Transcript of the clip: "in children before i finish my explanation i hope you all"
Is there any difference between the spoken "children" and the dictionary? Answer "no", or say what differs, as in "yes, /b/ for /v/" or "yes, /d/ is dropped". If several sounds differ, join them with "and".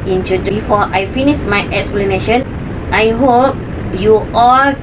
yes, /l/ is dropped